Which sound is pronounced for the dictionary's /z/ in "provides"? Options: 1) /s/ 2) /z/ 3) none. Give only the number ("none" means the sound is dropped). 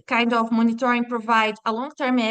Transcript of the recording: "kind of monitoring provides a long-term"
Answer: 3